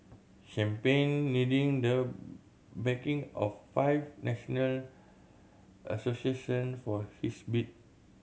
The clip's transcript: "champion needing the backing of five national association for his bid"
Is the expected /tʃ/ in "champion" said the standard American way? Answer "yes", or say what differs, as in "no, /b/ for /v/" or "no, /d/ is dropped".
no, /ʃ/ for /tʃ/